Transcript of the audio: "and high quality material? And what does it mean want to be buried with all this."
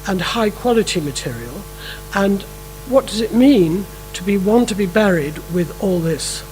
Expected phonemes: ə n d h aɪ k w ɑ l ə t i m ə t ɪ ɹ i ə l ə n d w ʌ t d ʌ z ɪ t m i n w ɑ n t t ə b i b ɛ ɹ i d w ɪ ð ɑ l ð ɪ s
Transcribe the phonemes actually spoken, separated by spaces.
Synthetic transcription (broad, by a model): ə n h aɪ k w ɑ l ə t i m ə t ɪ ɹ i ə l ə n w ʌ t d ʌ z ɪ t m i n w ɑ n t t ə b i b ɛ ɹ i d w ɪ ð ɑ l ð ɪ s